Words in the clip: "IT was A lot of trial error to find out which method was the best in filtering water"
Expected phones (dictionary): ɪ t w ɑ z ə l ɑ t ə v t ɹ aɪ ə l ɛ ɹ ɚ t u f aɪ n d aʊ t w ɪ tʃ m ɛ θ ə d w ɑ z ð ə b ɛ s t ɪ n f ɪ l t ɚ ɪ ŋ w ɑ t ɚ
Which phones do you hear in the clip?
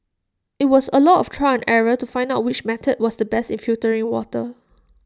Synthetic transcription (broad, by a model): ɪ t w ɑ s ə l ɑ t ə f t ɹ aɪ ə n ɛ ɹ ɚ t u f aɪ n d aʊ t w ɪ tʃ m ɛ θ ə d w ɑ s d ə b ɛ s t ɪ n f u t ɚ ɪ ŋ w ɑ t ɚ